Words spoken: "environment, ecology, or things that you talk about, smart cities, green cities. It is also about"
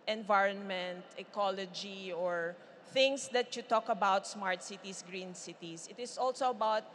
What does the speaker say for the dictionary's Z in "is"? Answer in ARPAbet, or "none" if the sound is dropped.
S